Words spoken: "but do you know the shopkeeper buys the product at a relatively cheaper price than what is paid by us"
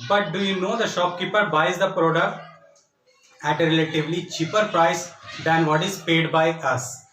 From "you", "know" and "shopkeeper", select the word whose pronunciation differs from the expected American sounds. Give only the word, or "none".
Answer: none